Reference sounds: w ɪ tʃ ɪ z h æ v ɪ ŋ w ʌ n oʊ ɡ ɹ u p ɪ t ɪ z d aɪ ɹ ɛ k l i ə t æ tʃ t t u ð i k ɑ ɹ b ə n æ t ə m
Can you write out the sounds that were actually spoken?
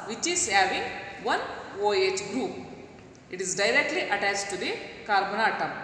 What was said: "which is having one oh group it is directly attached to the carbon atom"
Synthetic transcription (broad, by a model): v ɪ tʃ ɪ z h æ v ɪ ŋ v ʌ n oʊ ɡ ɹ u p ɪ t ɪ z d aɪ ɹ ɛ k l i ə t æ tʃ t t u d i k ɑ ɹ b ə n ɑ t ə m